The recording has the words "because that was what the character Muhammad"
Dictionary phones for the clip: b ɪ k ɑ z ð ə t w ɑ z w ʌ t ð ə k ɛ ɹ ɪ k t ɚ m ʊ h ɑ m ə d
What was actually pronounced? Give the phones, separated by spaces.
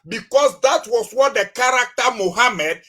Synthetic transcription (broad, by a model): b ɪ k ɑ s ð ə t w ɑ s w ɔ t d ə k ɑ ɹ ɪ k t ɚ m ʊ h ɑ m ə d